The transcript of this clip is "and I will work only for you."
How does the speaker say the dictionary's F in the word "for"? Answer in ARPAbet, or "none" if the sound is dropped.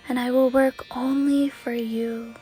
F